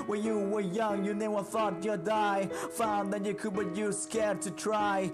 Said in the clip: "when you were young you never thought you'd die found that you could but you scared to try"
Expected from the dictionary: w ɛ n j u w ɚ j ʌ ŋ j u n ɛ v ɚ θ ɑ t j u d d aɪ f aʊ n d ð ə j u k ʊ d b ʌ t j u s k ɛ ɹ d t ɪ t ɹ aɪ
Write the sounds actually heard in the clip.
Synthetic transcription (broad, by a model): w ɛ n j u w ɚ j ʌ ŋ j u n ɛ w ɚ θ ɑ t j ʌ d d aɪ f aʊ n ð ə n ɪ k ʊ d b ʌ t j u s k ɛ ɹ d t ɪ t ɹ aɪ